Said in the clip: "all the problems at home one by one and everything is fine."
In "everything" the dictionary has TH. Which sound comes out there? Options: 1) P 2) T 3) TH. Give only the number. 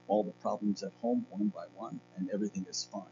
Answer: 3